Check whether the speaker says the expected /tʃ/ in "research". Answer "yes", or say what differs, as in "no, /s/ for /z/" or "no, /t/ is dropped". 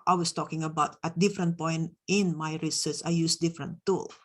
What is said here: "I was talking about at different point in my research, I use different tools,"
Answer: no, /s/ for /tʃ/